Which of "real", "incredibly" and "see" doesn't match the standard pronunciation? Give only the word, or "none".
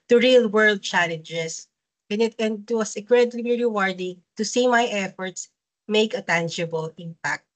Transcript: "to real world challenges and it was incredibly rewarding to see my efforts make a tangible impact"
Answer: incredibly